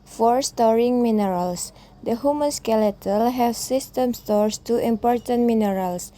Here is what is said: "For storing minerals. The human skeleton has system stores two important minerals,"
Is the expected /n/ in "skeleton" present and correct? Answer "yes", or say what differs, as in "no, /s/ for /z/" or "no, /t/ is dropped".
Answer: no, /l/ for /n/